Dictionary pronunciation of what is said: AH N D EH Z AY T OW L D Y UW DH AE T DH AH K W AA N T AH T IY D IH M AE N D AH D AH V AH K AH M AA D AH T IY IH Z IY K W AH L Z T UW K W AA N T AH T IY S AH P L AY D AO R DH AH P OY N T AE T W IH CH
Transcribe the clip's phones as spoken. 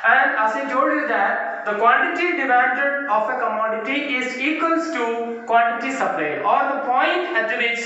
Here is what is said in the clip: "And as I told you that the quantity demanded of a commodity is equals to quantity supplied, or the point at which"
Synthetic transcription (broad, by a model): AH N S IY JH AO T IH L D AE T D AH K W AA N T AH T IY D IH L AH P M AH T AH F AH K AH M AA D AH T IY IH Z IY K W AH L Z T UW K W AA N T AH T IY S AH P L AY AO R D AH P OY N T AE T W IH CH